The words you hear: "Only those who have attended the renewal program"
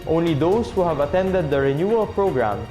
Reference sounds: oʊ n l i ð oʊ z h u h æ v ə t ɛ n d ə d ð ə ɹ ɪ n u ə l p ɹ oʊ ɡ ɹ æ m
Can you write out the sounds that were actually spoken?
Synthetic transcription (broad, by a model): oʊ n l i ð oʊ s h u h æ v ə t ɛ n d ə d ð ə ɹ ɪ n u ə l p ɹ oʊ ɡ ɹ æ m